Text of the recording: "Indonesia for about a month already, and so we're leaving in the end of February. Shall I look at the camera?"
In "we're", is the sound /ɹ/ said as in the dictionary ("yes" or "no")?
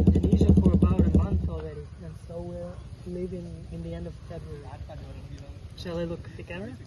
yes